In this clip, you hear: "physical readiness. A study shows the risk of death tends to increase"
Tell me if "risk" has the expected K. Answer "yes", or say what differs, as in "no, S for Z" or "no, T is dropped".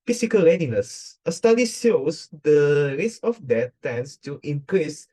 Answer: no, K is dropped